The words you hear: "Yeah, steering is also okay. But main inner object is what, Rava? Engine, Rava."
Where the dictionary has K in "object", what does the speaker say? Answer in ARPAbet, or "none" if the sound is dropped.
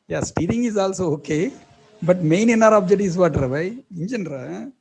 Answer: none